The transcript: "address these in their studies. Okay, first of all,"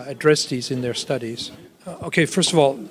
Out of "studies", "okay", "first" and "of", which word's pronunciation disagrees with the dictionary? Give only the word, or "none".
none